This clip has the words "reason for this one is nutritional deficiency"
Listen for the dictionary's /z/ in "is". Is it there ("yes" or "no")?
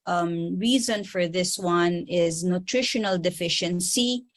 yes